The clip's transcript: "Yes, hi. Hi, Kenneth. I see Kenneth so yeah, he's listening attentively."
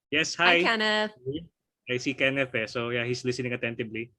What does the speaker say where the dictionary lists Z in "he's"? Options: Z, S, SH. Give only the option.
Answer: S